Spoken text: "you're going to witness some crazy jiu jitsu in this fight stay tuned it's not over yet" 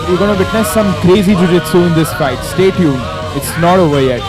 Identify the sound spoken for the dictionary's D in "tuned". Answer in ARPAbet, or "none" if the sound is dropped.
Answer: none